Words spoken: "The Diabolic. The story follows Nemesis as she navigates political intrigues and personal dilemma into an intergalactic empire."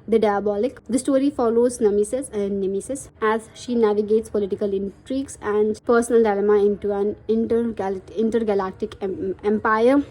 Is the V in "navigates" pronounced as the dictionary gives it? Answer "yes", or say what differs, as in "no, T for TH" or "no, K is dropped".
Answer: yes